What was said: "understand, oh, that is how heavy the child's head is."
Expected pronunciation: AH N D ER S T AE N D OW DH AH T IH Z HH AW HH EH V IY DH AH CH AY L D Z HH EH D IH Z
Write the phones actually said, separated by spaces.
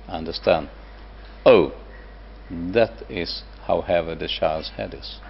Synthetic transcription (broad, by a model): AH N D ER S T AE N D OW DH AH T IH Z HH AW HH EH V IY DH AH SH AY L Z HH EH D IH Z